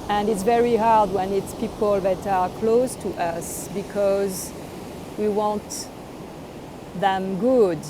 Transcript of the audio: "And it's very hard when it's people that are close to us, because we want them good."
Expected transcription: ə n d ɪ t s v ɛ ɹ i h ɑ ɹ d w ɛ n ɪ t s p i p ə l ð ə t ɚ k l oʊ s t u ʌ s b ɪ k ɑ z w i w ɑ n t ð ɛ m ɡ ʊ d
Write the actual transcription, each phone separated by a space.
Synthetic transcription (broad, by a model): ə n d ɪ t s v ɛ ɹ i h ɑ ɹ d w ɛ n ɪ t s p i p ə l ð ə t ɚ k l oʊ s t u ʌ s b ɪ k ɑ z w i w ɑ n t ð ɛ m ɡ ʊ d